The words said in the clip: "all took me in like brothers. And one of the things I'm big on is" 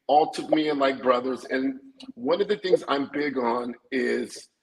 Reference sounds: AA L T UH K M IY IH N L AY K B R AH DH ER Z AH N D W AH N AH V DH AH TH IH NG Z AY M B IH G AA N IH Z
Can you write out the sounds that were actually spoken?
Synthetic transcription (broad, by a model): AA L T UH K M IY IH N L AY K B R AH DH ER Z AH N W AH N AH V DH AH TH IH NG Z AY M B IH G N IH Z